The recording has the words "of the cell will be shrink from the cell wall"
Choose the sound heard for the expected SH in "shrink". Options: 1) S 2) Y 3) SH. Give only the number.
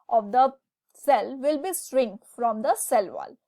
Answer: 1